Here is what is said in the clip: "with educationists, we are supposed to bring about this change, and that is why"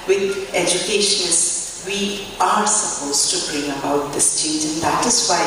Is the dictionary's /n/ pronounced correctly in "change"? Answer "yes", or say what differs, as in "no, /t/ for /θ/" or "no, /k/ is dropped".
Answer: no, /n/ is dropped